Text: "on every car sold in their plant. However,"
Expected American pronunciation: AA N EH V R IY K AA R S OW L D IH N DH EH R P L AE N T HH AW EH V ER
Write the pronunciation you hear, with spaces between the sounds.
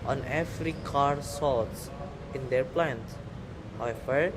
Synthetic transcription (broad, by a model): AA N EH F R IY K AA R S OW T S IH N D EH R P L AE N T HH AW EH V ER